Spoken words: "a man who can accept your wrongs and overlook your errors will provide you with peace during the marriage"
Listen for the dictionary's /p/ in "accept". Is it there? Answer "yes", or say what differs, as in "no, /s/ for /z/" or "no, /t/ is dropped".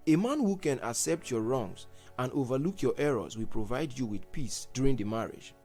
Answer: yes